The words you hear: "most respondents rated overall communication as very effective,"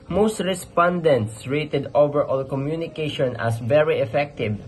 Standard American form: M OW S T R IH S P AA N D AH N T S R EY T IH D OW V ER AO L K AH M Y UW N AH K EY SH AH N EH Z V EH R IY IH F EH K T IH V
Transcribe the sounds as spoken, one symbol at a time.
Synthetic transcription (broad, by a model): M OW S T R IH S P AA N D AH N T S R EY T IH D OW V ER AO L K AH M Y UW N AH K EY SH AH N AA S V EH R IY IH F EH K T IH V